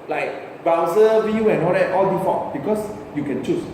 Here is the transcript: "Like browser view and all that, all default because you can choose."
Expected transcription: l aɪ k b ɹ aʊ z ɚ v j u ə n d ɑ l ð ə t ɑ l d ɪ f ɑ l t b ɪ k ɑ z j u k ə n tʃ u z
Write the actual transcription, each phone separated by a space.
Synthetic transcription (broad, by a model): l aɪ k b aʊ s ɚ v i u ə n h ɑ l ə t ɑ l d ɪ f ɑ t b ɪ k ɑ s j u k ə n tʃ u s